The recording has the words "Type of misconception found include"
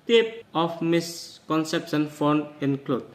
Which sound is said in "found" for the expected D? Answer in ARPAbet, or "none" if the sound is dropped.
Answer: none